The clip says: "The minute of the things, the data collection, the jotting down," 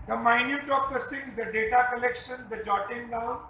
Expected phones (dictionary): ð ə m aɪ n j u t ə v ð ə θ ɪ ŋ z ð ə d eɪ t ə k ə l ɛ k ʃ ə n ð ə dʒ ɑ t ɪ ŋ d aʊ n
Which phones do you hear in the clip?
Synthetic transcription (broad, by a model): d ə m aɪ n j u t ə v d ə s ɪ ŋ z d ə d eɪ t ə k ə l ɛ k ʃ ə n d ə dʒ ɑ t ɪ ŋ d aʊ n